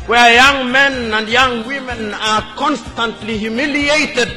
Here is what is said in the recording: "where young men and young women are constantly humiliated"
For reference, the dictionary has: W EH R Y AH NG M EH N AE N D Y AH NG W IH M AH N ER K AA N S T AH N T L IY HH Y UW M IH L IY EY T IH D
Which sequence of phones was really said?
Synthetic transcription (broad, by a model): W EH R Y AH NG M EH N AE N D Y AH NG W IH M AH N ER K AA N S T AH N T L IY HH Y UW M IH L IY EY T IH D